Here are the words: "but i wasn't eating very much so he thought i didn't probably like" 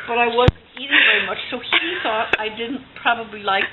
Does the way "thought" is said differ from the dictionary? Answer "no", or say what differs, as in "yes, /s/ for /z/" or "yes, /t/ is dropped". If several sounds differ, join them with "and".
no